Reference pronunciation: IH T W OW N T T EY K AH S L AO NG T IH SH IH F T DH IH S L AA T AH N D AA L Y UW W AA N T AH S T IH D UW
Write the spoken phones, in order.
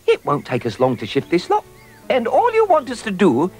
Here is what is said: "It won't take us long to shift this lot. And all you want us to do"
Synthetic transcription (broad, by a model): IH T W OW N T T EY K AH S L AO NG T IH SH IH F T DH IH S L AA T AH N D AA L Y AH W AA N T AH S T IH D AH